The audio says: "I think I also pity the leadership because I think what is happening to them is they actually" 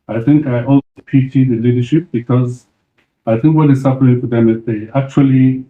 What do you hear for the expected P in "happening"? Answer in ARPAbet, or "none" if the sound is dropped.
F